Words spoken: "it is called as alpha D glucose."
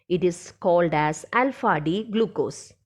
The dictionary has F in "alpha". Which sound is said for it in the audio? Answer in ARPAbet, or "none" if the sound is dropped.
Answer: F